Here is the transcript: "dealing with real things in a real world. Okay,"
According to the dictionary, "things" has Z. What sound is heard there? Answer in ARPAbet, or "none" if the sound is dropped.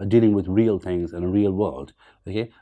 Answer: Z